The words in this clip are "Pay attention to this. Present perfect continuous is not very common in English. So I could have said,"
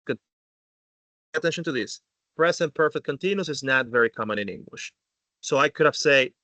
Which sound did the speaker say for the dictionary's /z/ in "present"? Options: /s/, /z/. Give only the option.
/s/